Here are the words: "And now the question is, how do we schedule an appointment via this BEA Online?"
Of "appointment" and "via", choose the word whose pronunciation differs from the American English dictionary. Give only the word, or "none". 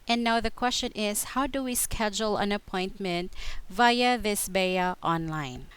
none